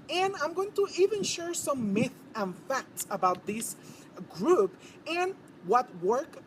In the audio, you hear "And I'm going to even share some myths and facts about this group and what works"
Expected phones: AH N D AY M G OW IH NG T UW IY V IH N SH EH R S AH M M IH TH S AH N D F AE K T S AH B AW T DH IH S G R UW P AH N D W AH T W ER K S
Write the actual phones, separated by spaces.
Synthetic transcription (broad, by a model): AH N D AY M G OW IH NG T UW IY V IH N SH EH R S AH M M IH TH AH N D F AE K T S AH B AW T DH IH S G R UW P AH N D W AH T W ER K